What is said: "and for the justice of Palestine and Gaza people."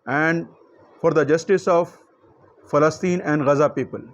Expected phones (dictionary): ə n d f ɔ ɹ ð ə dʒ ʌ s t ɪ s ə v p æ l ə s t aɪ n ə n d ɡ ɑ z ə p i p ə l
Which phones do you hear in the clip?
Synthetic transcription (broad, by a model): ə n d f ɔ ɹ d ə dʒ ʌ s t ɪ s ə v f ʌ l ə s t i n ə n d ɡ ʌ z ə p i p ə l